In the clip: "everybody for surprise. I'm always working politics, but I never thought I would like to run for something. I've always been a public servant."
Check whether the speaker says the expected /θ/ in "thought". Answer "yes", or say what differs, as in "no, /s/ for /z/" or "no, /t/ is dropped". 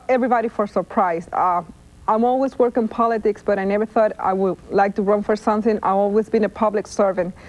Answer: yes